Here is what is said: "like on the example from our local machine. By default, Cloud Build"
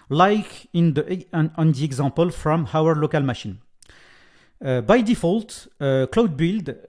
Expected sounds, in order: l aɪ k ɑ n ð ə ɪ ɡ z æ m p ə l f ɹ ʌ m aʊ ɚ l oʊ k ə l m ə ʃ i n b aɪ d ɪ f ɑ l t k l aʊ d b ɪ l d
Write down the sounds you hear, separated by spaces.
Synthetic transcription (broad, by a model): l aɪ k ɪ n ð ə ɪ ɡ z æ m p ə l f ɹ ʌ m aʊ ɚ l oʊ k ə l m ə ʃ i n b aɪ d ɪ f ɑ l t k l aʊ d b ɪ l d